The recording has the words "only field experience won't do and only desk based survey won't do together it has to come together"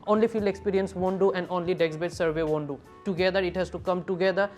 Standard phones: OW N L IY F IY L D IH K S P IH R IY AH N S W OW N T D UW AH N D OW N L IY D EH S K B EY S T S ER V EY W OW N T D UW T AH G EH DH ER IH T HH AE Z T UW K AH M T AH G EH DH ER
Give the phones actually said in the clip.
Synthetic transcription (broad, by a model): OW N L IY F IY L IH K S P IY R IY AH N S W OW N D UW AH N D OW N L IY D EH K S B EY T S ER V EY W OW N D UW T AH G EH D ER IH T HH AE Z T UW K AH M T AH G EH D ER